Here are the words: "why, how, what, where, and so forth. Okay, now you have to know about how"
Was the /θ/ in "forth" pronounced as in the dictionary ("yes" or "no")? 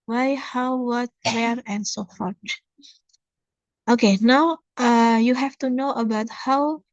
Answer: no